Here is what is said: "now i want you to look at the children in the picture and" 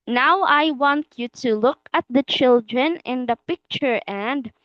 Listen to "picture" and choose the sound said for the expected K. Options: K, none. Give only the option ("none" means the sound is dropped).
K